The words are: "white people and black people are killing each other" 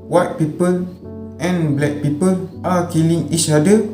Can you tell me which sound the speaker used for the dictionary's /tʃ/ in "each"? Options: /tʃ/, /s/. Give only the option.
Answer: /s/